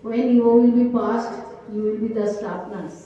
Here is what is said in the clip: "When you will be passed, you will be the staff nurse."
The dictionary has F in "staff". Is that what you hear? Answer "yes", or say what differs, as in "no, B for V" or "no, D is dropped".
no, P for F